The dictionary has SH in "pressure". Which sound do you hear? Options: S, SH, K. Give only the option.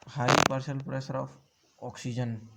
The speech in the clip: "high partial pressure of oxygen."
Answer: S